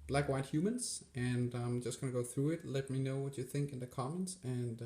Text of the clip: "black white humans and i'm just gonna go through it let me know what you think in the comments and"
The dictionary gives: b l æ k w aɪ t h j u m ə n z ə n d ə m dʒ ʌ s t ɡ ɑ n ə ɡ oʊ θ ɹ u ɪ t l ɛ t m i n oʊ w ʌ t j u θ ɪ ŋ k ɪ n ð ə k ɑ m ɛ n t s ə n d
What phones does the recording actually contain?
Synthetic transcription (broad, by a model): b l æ k w aɪ t h j u m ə n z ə n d ə m dʒ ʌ s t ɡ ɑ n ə ɡ oʊ θ ɹ u ɪ t l ɛ t m i n oʊ w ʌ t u θ ɪ ŋ k ɪ n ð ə k ɑ m ɛ n t s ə n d